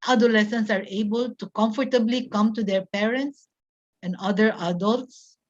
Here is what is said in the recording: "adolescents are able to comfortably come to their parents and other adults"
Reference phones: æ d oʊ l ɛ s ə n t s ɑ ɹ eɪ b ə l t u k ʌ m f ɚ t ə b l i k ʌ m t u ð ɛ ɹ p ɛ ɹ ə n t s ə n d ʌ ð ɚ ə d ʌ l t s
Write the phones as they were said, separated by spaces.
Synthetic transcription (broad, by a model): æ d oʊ l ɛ s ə n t s ɑ ɹ eɪ b ə l t u k ʌ m f ɚ t ə b l i k ʌ m t u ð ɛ ɹ p ɛ ɹ ə n t s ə n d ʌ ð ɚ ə d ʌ l t s